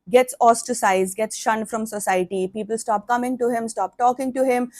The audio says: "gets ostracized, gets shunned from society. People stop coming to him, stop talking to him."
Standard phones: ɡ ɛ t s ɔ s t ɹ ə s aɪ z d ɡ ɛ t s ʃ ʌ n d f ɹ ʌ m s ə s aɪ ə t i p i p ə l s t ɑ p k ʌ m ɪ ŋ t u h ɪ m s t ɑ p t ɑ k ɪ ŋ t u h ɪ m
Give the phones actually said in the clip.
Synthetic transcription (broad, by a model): ɡ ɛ t s ɔ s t ə s aɪ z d ɡ ɛ t s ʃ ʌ n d f ɹ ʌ m s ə s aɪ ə t i p i p ə l s t ɑ p k ʌ m ɪ ŋ t u h ɪ m s t ɑ p t ɑ k ɪ ŋ t u h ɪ m